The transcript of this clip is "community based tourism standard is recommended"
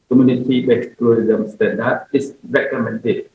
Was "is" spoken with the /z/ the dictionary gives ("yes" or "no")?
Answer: no